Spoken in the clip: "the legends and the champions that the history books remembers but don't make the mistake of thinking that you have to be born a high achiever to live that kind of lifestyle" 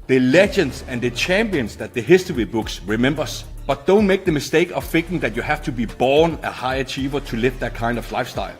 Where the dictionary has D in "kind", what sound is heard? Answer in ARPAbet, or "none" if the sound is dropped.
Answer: D